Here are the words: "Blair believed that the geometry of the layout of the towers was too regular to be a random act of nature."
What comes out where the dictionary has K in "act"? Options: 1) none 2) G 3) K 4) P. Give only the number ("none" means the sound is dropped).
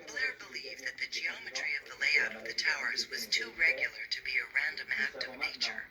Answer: 3